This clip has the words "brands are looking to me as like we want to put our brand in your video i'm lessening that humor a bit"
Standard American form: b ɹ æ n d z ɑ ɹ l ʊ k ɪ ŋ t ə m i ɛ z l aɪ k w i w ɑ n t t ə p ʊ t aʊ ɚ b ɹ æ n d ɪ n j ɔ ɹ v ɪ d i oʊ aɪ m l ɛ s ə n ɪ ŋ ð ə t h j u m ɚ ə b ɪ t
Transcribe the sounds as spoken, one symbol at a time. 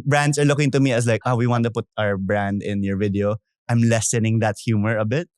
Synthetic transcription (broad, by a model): b ɹ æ n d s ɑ ɹ l ʊ k ɪ ŋ t ə m i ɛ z l aɪ k w i w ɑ n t t ə p ʊ t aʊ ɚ b ɹ æ n d ɪ n j ɔ ɹ v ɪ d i oʊ aɪ m l ɛ s ə n ɪ ŋ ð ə t h j u m ɚ ə b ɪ t